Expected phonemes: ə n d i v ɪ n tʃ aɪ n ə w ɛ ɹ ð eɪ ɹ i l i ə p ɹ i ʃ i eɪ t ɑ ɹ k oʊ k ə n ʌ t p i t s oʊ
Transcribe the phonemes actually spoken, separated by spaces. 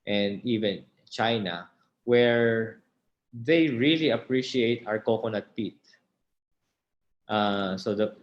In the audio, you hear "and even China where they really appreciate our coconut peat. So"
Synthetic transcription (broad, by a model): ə n d i v ɪ n tʃ aɪ n ə w ɛ ɹ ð eɪ ɹ i l i ə p ɹ i ʃ i eɪ t ɑ ɹ k oʊ k ə n ʌ t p i t s oʊ